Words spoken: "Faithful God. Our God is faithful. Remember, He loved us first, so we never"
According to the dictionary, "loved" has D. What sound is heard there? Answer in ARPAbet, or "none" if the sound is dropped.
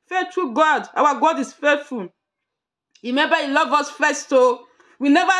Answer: none